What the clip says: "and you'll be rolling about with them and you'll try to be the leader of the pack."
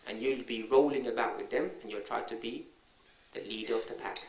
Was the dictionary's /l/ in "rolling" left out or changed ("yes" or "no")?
no